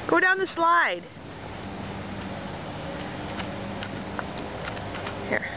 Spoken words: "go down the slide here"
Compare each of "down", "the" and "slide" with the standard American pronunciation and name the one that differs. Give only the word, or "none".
none